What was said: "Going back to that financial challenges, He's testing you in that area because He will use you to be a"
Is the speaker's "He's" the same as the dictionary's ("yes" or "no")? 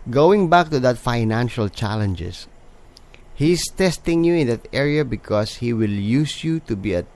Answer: no